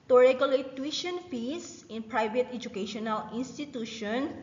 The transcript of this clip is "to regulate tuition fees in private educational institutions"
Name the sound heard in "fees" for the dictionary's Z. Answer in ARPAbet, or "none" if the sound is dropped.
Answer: S